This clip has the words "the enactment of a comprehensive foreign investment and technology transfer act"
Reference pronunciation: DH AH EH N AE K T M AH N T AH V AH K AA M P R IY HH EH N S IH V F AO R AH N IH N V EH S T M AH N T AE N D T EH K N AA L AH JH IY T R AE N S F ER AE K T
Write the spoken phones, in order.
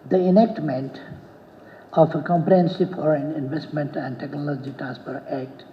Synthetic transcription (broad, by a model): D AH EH N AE K T M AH N T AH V AH K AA M P R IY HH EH N S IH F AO R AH N IH N V EH S T M AH N T AE N D T EH K N AA L AH JH IY T R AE N S P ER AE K T